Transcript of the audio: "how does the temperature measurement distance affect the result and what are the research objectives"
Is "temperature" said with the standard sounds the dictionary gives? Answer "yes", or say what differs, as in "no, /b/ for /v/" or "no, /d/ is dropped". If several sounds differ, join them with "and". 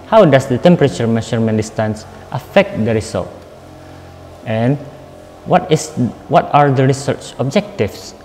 yes